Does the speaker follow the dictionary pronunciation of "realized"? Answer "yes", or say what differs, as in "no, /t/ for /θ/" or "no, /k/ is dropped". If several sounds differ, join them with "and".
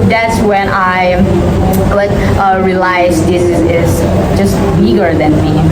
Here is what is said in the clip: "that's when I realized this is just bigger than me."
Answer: no, /l/ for /ɹ/